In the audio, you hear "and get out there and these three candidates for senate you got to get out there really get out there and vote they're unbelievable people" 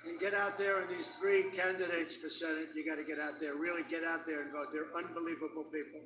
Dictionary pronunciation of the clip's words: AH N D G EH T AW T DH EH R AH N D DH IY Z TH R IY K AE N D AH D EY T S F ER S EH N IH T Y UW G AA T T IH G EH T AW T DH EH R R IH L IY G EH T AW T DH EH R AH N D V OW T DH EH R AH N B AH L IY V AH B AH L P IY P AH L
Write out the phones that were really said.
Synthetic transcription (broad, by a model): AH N G EH T AW T DH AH R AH N DH IY Z TH R IY K AE N D AH D EY T S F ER S EH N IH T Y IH G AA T T IH G EH T AW T DH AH R R IH L IY G EH T AW T DH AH R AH N V OW T DH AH R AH N B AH L IY V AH B L P IY P L